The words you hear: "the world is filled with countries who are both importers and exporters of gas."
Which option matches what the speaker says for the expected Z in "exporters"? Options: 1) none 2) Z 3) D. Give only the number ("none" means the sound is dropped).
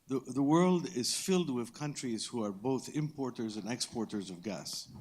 2